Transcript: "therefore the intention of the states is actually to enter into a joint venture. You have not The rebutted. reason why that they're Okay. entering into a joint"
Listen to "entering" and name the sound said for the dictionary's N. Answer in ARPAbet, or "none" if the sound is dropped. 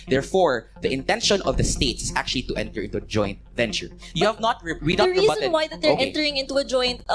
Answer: none